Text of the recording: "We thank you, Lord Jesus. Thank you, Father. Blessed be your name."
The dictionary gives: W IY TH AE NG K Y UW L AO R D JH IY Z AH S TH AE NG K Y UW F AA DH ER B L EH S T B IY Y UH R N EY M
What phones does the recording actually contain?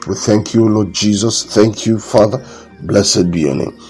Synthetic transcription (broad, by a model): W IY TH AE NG K Y UW L AO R D JH IY Z AH S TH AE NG K Y UW F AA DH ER B L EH S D B IY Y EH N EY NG